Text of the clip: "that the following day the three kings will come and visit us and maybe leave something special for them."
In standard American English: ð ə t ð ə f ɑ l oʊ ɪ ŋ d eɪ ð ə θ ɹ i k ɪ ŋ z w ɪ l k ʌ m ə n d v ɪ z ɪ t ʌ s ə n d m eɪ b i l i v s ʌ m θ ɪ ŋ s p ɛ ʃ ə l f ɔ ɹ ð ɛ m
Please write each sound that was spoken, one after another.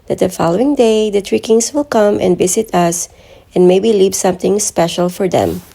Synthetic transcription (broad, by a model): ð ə t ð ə f ɑ l oʊ ɪ ŋ d eɪ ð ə t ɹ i k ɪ ŋ s w ɪ l k ʌ m ə n d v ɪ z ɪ t ʌ s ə n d m eɪ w i l i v s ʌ m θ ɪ ŋ s p ɛ ʃ ə l f ɔ ɹ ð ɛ m